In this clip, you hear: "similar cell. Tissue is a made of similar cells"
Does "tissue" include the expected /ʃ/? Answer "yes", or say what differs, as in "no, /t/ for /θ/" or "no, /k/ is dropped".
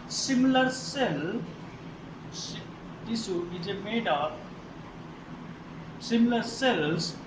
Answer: no, /s/ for /ʃ/